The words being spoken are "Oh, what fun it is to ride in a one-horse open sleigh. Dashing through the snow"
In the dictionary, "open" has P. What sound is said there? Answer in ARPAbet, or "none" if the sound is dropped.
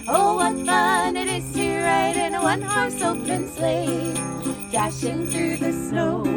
none